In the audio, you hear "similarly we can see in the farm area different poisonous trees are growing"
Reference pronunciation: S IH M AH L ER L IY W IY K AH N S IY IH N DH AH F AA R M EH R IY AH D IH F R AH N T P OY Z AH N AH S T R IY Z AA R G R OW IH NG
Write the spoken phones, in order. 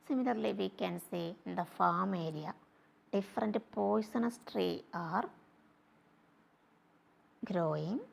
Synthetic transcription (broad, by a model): S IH M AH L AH L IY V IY K AH N S IY IH N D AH F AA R M EH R IY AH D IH F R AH N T P OY S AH N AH S T R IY AA R G R OW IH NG